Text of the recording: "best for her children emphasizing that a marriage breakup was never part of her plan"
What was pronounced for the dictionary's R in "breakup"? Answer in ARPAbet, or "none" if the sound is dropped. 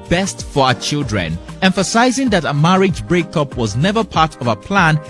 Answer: R